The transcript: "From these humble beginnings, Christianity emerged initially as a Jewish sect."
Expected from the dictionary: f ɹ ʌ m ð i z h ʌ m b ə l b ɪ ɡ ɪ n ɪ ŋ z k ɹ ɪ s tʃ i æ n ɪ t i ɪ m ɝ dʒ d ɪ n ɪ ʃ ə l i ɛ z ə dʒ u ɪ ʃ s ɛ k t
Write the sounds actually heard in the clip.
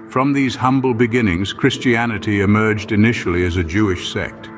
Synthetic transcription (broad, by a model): f ɹ ʌ m ð i z h ʌ m b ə l b ɪ ɡ ɪ n ɪ ŋ z k ɹ ɪ s tʃ i æ n ɪ t i ɪ m ɝ dʒ d ɪ n ɪ ʃ l i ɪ z ə dʒ u ɪ ʃ s ɛ k t